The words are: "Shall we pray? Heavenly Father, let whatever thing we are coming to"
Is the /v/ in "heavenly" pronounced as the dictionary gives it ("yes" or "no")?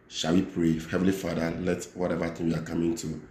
yes